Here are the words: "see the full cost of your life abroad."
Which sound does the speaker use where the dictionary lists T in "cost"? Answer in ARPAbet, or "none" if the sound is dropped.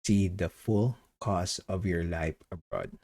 none